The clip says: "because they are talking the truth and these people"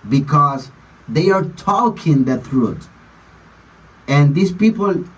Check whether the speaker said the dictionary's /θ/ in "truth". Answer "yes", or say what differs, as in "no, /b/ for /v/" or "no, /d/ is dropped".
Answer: no, /t/ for /θ/